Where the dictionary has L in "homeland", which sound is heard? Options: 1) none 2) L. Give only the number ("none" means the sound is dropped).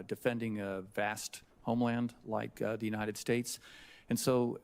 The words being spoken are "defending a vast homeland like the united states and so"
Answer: 2